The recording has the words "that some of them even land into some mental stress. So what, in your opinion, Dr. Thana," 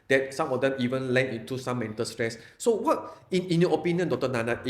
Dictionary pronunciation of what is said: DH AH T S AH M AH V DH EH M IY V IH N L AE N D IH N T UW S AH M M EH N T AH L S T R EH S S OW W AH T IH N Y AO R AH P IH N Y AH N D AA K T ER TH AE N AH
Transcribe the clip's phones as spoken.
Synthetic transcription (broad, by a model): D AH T S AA M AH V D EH M IY V IH N L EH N IH N T UW S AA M M EH N T AH L S T R EH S S OW W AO T IH N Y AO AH P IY N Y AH N D AA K T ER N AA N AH